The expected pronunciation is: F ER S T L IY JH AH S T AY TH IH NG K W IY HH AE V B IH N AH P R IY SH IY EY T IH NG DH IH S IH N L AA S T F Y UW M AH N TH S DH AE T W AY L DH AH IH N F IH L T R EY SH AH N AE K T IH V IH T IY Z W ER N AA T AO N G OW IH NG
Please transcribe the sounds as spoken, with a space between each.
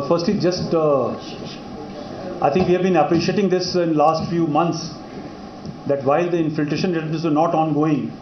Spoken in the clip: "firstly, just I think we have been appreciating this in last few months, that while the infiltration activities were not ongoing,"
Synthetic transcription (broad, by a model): F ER S T L IY JH AH S T AY T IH NG K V IY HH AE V B IH N AH P R IY SH IY EY T IH NG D IH S IH N L AA S T F Y UW M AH N T S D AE T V AY L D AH IH N F IH L T R EY SH AH N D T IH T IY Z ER N AA T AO N G OW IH NG